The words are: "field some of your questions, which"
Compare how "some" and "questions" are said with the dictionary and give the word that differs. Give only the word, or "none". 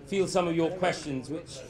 none